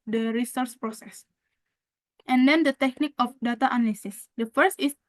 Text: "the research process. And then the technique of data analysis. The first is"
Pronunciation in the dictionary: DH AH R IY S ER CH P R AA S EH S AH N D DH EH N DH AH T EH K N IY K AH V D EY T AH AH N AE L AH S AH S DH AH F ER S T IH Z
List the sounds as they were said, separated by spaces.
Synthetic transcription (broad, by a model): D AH R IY S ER S P R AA S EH S AH N D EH N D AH T EH K N IY K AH F D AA T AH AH N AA L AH S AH S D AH F ER S T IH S